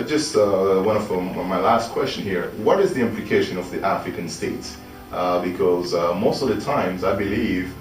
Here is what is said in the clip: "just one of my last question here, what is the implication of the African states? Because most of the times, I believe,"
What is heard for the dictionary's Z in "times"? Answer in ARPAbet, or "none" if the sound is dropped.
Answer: Z